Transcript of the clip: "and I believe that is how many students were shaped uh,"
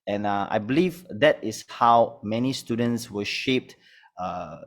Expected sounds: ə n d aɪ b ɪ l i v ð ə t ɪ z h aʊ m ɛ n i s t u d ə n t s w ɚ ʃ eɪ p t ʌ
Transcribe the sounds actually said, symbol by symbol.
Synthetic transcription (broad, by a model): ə n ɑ aɪ b ɪ l i v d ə t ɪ s h aʊ m ɛ n i s t u d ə n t s w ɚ ʃ eɪ p t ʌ